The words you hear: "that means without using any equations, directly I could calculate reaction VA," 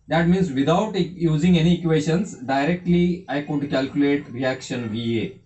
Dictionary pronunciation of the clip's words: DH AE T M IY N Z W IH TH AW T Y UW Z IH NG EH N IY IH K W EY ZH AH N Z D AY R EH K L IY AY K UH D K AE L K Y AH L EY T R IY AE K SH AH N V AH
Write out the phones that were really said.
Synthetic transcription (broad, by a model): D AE T M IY N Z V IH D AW T Y UW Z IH NG EH N IY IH K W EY SH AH N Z D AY R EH K L IY AY K UH D K AE L K Y AH L EY T R IY AE K SH AH N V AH